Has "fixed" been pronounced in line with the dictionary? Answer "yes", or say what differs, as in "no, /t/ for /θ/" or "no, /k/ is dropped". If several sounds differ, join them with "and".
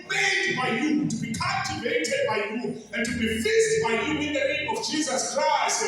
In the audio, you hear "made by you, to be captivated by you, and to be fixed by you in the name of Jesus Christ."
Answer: no, /k/ is dropped